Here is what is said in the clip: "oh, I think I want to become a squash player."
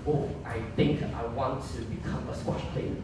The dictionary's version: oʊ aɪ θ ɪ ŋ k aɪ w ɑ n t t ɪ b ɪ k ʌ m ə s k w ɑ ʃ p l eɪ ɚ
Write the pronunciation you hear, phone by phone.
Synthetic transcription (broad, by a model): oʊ aɪ θ ɪ ŋ k aɪ w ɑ n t t ɪ b ɪ k ʌ m ə s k w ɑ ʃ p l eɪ